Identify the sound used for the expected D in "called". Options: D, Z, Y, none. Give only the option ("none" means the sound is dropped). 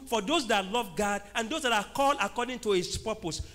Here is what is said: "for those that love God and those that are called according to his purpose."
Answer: none